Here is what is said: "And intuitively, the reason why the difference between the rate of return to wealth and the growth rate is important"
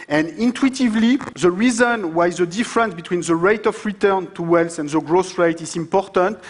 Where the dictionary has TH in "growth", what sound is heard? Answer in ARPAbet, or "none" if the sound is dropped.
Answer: S